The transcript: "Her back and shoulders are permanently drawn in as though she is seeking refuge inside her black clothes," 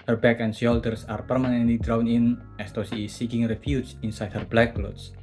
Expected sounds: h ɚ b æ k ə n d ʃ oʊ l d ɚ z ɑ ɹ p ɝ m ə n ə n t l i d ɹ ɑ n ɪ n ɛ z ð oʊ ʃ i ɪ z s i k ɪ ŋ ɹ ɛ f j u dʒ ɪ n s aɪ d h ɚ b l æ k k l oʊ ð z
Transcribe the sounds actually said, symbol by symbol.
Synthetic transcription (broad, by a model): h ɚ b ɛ k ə n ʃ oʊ l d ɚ s ɑ ɹ p ɝ m ə n ə n t l i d ɹ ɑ n ɪ n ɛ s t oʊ s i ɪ s i k ɪ ŋ ɹ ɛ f j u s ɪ n s aɪ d h ɚ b l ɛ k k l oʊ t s